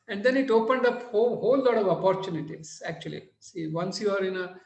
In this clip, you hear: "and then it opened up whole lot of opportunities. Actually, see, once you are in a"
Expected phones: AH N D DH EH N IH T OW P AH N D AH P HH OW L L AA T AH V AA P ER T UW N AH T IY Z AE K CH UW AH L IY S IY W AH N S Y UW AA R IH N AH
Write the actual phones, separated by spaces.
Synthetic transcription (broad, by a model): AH N D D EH N IH T OW P AH N D AH P HH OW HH L AA T AH V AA P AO T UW N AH T IY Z AE K CH UW AH L IY S IY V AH N S Y UW AA R IH N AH